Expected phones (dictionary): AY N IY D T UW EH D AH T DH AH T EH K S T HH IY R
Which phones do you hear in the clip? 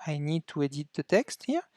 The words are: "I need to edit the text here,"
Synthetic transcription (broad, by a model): AY N IY D T UW EH D AH T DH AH T EH K S T HH IY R